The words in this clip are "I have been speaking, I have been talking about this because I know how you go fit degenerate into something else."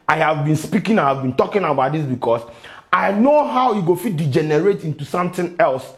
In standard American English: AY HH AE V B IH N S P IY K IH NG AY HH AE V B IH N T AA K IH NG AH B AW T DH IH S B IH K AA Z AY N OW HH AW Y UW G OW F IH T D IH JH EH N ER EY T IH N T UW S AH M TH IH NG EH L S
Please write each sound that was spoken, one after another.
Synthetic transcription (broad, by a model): AY HH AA V B IH N S P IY K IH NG AY HH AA V B IH N T AA K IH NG AH B AW T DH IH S B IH K AA S AY N OW HH AW Y UW G OW F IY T D IH JH EH N ER EY T IH N T UW S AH M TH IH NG EH L S